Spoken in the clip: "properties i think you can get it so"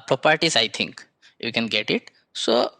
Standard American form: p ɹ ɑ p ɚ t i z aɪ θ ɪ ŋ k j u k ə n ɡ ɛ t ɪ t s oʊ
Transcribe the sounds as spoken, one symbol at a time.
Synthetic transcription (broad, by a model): p ɹ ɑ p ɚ t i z aɪ t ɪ ŋ k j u k ə n ɡ ɛ t ɪ t s oʊ